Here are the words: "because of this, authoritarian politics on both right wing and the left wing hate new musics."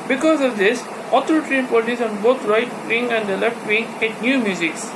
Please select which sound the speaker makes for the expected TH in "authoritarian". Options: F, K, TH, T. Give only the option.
T